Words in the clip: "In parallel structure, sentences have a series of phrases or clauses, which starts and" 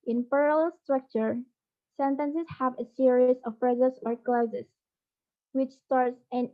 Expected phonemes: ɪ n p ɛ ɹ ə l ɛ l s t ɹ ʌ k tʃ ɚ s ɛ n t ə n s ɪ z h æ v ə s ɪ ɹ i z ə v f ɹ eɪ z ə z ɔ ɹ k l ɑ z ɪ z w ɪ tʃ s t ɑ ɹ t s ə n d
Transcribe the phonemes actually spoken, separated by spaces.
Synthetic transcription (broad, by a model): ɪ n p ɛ ɹ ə l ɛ l s t ɹ ʌ k tʃ ɚ s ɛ n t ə n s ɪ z h æ v ə s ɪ ɹ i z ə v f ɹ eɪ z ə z ɔ ɹ k l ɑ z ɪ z w ɪ tʃ s t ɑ ɹ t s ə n